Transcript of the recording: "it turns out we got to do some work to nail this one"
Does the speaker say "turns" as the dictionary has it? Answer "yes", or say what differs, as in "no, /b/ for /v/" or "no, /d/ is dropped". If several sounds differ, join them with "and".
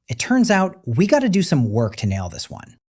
yes